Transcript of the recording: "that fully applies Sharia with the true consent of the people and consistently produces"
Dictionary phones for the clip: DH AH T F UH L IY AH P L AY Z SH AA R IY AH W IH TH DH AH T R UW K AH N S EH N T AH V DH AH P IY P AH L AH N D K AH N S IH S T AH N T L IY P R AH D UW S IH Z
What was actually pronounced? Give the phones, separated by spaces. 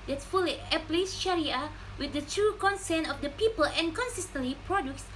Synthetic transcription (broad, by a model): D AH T F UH L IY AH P L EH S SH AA R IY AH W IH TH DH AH T R UW K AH N S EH N AH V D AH P IY P AH L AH N K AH N S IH S T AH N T L IY P R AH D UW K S